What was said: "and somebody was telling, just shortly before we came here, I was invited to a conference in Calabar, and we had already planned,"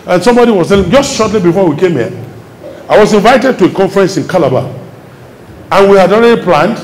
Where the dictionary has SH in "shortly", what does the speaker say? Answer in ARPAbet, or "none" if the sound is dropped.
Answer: SH